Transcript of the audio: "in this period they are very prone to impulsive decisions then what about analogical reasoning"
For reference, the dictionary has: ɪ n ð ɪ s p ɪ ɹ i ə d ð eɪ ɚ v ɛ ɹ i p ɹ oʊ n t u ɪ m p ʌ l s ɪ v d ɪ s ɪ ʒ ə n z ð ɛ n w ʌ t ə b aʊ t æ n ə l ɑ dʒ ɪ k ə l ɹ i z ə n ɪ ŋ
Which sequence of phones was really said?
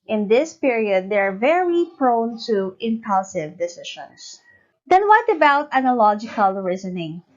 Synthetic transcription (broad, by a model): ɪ n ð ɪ s p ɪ ɹ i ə d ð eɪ ɚ v ɛ ɹ i p ɹ oʊ n t u ɪ m p ʌ l s ɪ v d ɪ s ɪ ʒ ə n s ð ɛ n w ʌ t ə b aʊ t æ n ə l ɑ dʒ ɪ k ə l ɹ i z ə n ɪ ŋ